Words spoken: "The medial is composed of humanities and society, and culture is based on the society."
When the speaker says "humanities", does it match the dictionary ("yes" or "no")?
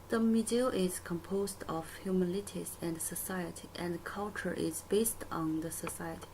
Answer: no